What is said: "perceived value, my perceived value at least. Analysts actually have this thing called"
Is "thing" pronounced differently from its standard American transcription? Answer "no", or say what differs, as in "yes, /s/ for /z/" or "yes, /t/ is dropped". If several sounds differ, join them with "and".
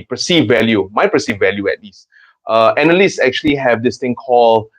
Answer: yes, /t/ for /θ/